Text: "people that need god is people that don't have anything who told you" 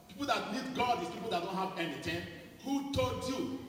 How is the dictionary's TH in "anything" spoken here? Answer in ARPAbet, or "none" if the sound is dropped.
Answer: T